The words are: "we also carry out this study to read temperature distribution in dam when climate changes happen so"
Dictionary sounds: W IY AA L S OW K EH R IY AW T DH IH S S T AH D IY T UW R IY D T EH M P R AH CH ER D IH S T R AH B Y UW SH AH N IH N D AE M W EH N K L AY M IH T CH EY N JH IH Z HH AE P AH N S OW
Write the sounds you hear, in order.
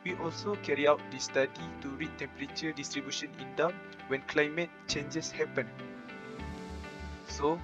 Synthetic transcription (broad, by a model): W IY AA L S OW K EH R IY AW T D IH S S T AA D IY T UW R IY T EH M P R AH CH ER D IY S T R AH B Y UW SH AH N IH N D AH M W EH N K L AY M IH T CH EY N JH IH S HH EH P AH N S OW